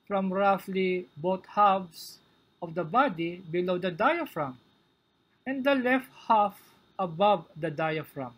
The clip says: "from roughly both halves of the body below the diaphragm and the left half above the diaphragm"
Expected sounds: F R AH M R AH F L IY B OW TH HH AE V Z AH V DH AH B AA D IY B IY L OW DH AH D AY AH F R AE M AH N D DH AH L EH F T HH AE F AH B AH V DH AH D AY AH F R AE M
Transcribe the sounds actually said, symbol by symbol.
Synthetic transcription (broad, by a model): F R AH M R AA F L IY B OW T HH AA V S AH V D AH B AA D IY B IY L OW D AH D AY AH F R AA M AH N D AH L EH F T HH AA F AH B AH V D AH D AY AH F R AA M